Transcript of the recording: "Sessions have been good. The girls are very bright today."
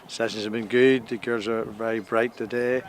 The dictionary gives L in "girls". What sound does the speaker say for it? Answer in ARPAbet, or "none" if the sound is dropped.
none